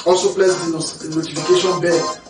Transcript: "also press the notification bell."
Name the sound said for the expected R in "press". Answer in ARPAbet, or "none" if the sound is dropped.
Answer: L